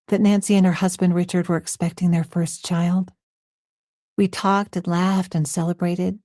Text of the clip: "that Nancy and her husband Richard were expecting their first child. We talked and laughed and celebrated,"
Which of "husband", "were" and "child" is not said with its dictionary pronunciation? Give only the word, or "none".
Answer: none